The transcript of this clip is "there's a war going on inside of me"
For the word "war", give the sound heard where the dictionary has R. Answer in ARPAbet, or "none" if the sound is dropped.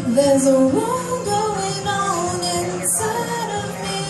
L